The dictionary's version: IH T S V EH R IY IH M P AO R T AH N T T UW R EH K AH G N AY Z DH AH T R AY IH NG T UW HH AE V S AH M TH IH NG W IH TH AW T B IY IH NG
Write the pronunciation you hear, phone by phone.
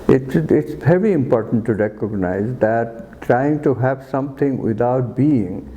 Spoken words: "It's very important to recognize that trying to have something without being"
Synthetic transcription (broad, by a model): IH T S V EH R IY IH M P AO R T AH N T T UW R EH K AH G N AY Z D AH T R AY IH NG T UW HH AE V S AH M T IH NG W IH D AW T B IY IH NG